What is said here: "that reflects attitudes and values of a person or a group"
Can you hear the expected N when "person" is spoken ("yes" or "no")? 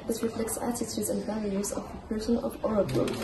yes